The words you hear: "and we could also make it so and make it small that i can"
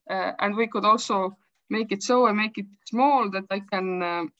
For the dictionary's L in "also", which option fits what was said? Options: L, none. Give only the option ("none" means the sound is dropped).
L